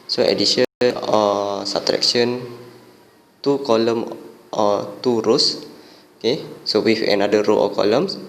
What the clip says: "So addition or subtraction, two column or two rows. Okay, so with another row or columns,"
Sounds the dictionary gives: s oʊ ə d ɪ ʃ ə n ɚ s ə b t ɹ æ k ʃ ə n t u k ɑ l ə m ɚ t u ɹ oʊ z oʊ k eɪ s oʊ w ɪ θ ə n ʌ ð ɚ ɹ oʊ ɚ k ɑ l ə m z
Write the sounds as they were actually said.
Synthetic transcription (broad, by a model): s oʊ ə d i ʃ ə ɚ s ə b t ɹ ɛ k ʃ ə n t u k ɑ l ə m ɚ t u ɹ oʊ s oʊ k eɪ s oʊ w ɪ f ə n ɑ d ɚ ɹ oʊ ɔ k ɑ l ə m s